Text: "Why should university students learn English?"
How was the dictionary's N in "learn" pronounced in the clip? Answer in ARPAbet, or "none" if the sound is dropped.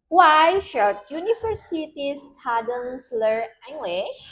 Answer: none